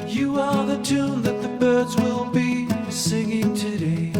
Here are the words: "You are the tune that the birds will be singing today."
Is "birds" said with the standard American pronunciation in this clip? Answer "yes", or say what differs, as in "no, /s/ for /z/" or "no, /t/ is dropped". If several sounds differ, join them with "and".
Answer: yes